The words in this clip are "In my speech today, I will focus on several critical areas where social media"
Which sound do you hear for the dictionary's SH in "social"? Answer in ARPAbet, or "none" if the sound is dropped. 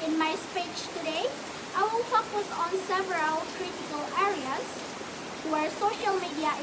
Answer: SH